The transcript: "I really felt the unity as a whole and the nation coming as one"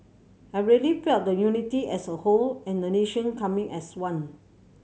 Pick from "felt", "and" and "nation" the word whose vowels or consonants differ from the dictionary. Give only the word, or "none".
felt